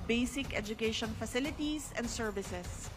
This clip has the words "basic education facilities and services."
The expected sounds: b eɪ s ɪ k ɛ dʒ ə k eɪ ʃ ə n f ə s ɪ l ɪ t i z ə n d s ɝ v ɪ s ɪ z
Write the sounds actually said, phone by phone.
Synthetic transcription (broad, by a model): b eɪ s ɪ k ɛ dʒ ə k eɪ ʃ ə n f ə s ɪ l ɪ t i s ə n d s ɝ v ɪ s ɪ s